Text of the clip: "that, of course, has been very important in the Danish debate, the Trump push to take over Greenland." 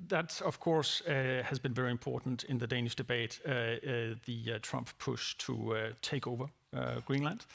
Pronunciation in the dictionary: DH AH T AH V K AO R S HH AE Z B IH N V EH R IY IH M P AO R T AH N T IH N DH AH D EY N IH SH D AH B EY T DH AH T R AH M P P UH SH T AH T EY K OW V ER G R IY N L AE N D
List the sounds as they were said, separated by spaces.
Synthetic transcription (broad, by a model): DH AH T AH V K AO R S HH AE Z B IH N V EH R IY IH M P AO R T N T IH N DH AH D EY N IH SH D AH B EY T DH AH T R AH M P P UH SH T AH T EY K OW V ER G R IY N L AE N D